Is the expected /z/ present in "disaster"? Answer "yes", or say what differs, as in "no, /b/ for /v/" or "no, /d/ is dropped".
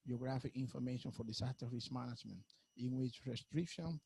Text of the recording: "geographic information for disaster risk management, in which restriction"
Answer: no, /s/ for /z/